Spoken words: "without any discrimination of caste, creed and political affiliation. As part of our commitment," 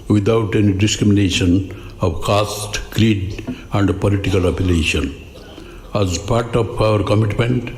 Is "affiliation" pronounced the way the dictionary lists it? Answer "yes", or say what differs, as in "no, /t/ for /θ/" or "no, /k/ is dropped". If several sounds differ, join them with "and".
no, /p/ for /f/